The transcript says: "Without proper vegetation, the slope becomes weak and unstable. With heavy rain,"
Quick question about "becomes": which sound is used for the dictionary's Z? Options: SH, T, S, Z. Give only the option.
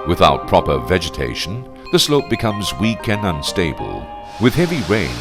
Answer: Z